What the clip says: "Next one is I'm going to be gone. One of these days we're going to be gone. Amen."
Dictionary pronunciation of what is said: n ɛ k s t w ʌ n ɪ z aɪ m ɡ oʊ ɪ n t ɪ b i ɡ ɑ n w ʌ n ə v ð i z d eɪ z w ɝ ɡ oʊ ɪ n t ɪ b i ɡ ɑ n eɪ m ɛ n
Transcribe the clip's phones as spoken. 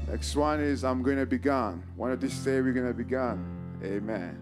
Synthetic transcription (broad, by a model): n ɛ k s t w ʌ n ɪ z aɪ m ɡ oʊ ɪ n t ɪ b i ɡ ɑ n w ʌ n ə v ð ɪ s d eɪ w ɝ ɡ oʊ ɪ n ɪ b i ɡ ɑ n eɪ m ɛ n